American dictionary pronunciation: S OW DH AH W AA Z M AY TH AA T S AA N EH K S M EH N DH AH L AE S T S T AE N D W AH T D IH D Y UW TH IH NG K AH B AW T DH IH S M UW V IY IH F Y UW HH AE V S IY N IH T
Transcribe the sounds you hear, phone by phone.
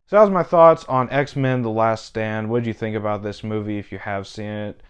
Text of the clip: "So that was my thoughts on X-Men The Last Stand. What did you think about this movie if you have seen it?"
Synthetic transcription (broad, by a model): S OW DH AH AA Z M AY TH AA T S N EH K S M EH N DH AH L AE S T S T AE N D W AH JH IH TH IH NG K AH B AW T DH IH S M UW V IY IH F Y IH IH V S IY N IH T